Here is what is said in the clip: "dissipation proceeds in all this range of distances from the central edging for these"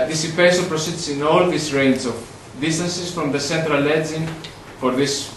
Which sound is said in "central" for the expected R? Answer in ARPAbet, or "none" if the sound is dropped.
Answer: R